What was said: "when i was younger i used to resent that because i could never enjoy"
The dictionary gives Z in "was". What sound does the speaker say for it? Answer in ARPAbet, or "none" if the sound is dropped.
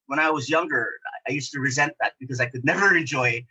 Z